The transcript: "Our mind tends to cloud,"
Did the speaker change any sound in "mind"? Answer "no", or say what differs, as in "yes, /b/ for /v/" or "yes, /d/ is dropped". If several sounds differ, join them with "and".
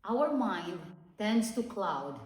no